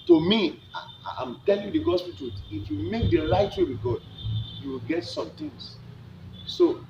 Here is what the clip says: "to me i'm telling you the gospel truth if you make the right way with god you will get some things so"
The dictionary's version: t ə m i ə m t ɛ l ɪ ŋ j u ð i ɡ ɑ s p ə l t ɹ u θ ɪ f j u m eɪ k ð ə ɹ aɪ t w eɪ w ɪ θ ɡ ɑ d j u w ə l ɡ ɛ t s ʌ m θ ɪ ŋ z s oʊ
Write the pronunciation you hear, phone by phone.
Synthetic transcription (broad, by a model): t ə m i ə m t ɛ l ɪ ŋ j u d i ɡ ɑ s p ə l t u t ɪ f j u m eɪ k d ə l aɪ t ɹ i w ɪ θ ɡ ɑ d j u w ə l ɡ ɛ t s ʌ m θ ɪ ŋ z s oʊ